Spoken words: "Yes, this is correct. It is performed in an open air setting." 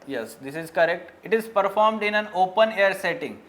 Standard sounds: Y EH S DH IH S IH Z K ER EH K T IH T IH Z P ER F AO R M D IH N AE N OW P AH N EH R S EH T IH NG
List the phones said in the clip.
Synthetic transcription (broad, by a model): Y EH S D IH S IH Z K ER EH K T IH T IH Z P ER F AO R M D IH N AE N OW P AH N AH R S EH T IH NG